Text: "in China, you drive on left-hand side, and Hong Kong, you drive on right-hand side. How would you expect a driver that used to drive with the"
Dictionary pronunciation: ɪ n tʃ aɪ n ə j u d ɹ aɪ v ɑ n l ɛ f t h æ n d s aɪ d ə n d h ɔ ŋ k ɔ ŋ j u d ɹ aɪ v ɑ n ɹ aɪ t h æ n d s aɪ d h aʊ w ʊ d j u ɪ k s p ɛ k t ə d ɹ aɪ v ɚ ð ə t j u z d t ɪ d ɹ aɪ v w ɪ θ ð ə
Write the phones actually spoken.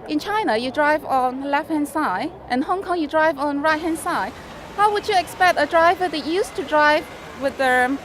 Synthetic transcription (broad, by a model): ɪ n tʃ aɪ n ə j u d ɹ aɪ v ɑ n l ɛ f t h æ n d s aɪ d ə n h ɔ ŋ k ɔ ŋ j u d ɹ aɪ v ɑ n ɹ aɪ t h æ n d s aɪ d h aʊ w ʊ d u ɪ k s p ɛ k t ə d ɹ aɪ v ɚ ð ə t j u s t ɪ d ɹ aɪ v w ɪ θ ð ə